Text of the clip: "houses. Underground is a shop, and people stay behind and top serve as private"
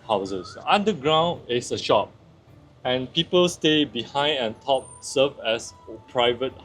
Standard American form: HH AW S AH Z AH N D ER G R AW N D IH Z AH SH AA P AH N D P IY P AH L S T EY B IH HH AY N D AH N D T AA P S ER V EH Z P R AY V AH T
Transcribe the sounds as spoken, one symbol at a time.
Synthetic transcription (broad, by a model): HH AW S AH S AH N D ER G R AW N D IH S AH SH AA P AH N P IY P AH L S T EY B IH HH AY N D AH N T AA P S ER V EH S P R AY V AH T